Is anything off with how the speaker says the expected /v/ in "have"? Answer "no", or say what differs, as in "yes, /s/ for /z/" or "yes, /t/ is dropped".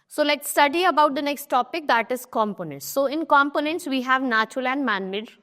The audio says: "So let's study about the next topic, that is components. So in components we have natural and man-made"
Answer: no